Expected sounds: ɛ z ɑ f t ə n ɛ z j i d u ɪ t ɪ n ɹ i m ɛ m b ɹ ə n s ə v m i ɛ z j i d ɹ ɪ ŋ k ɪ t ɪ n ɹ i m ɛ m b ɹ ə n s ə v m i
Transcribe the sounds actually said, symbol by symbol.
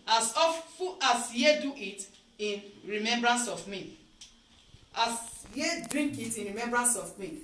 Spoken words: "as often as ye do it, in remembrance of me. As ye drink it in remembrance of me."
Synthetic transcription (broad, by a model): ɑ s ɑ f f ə ɑ s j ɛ d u ɪ t ɪ n ɹ i m ɛ m b ɹ ə n s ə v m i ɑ s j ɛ d ɹ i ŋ k ɪ t ɪ n ɹ i m ɛ m b ɹ ə n s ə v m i